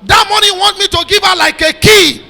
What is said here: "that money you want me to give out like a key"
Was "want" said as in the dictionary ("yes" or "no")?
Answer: yes